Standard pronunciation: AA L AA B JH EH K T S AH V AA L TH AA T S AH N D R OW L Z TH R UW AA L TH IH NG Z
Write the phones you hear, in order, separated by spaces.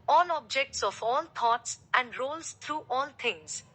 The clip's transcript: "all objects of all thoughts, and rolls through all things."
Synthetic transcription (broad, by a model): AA L AA B JH EH K T S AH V AA L T AA T S AH N D R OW L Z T R UW AA L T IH NG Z